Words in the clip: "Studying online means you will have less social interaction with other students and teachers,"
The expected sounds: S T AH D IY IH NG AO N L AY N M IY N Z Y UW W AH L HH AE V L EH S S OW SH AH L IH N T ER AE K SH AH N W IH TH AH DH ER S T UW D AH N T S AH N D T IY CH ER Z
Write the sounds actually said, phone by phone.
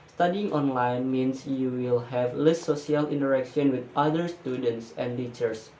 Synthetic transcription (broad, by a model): S T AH D IY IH NG AO N L AY N M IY N S Y UW W AH L HH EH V L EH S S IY AH L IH N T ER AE K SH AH N W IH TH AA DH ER S T UW D AH N T S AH N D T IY CH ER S